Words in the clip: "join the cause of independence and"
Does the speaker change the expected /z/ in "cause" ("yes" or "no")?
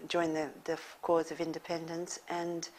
no